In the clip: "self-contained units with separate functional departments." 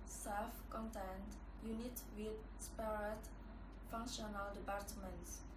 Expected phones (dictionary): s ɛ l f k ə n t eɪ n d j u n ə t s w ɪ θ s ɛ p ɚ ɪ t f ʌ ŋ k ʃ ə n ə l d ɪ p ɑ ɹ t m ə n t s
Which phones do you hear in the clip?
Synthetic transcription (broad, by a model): s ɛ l f k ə n t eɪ n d j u n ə t w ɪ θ s p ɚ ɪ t f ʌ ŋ k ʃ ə n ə l d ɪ p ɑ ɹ t m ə n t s